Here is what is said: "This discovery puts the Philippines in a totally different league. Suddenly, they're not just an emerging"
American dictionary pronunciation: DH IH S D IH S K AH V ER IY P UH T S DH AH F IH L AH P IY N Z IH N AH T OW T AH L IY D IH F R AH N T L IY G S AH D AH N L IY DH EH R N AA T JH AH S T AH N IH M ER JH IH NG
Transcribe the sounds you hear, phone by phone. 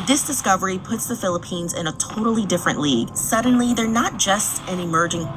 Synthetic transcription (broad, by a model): DH IH S D IH S K AH V ER IY P UH T S DH AH F IH L AH P IY N Z IH N AH T OW T L IY D IH F R AH N T L IY G S AH D N L IY DH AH R N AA T JH AH S T AH N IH M ER JH IH NG